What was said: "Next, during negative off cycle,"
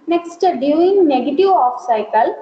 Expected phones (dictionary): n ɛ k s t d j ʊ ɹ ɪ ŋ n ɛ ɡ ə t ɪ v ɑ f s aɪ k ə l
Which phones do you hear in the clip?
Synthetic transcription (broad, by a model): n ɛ k s t d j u ɪ ŋ n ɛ ɡ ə t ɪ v ɑ f s aɪ k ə l